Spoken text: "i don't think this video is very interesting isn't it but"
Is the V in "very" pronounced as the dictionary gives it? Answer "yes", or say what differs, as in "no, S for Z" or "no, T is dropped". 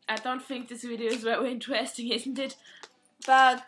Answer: no, W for V